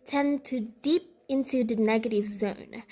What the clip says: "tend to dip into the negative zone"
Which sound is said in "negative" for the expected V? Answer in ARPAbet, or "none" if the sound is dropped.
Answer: V